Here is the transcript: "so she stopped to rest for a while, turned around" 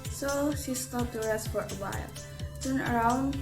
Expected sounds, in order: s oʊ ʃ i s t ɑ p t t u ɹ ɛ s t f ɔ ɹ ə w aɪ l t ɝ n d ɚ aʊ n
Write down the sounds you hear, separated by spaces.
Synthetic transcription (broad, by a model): s oʊ ʃ i s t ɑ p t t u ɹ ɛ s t f ɔ ɹ ə w aɪ l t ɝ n ɚ aʊ n